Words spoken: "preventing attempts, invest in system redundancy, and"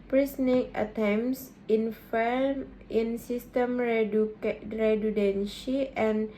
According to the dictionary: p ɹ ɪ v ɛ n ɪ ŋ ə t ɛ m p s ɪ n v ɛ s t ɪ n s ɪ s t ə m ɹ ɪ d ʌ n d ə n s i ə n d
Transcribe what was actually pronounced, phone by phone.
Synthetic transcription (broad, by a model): p ɹ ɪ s n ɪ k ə t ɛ m s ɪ n f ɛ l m ɪ n s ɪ s t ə m ɹ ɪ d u d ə n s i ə n